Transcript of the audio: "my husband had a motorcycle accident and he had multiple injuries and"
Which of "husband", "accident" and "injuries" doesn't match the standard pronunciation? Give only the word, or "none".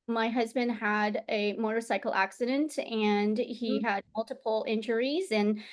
none